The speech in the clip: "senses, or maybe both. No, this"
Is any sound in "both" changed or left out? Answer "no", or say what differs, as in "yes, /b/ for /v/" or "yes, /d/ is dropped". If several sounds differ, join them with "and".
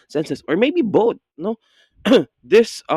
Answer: yes, /t/ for /θ/